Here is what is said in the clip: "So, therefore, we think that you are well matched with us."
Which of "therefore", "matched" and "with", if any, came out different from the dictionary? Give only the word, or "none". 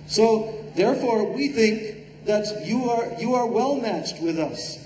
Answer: none